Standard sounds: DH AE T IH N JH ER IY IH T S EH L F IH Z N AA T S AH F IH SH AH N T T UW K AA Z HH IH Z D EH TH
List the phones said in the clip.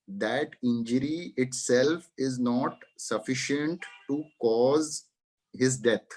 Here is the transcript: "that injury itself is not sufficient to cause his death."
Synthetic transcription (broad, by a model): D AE T IH N JH ER IY IH T S EH L F IH Z N AA T S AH F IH SH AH N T T UW K AA Z HH IH Z D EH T